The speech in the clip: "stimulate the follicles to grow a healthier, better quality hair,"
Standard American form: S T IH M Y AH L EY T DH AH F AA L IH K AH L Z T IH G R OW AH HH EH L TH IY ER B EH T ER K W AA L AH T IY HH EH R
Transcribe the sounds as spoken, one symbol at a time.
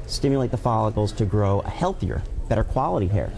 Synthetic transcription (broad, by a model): S T IH M Y L EY T DH AH F AA L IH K L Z T IH G R OW AH HH EH L TH IY ER B EH T ER K W AA L AH T IY HH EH R